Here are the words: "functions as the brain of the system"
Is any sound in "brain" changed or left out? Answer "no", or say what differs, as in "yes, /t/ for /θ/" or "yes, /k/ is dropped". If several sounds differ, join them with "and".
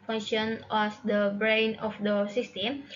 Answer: no